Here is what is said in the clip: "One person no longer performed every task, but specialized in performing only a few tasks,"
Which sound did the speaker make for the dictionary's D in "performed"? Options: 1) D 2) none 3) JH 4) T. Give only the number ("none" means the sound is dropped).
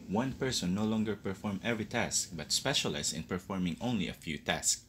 2